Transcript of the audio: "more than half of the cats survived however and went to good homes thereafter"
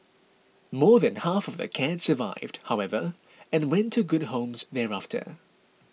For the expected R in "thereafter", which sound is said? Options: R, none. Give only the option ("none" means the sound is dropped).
R